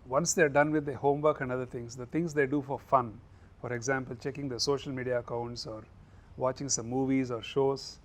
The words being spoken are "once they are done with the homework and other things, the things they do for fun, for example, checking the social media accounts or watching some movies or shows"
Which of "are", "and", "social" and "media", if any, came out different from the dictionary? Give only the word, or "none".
none